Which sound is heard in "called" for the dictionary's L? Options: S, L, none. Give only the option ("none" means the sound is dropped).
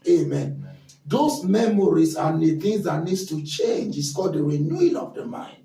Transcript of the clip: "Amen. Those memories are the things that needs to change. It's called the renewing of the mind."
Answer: none